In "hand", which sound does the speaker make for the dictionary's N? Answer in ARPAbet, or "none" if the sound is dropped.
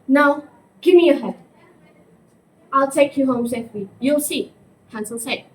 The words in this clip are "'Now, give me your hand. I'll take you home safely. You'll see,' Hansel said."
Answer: none